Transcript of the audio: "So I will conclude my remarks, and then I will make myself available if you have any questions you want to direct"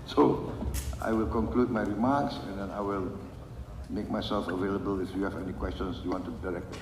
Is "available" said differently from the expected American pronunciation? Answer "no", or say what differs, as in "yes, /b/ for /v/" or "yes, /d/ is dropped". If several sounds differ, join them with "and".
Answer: no